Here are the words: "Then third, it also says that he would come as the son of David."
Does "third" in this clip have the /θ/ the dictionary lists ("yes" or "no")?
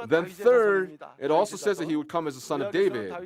yes